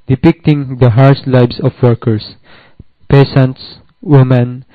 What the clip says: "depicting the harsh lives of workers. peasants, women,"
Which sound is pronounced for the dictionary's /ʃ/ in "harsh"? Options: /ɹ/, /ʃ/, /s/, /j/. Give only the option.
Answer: /s/